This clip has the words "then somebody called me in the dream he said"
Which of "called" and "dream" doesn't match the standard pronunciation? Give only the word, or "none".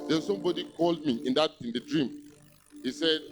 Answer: none